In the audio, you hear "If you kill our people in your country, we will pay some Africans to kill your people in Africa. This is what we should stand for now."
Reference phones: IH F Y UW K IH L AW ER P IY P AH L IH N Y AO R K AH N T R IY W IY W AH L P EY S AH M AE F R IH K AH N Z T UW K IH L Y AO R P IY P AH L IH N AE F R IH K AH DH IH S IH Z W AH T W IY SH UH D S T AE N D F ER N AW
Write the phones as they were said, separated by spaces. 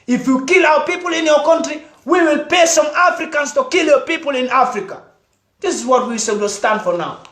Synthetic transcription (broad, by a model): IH F Y UW K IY L AW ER P IY P AH L IH N Y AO K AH N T R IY W IY W AH L P EY S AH M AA F R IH K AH N S T UW K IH L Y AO P IY P AH L IH N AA F R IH K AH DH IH S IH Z W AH T W IY S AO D S T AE N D F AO N AW